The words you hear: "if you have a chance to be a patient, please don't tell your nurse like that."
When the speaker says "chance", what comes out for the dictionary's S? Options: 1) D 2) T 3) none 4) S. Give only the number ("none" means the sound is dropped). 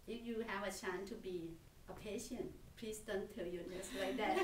3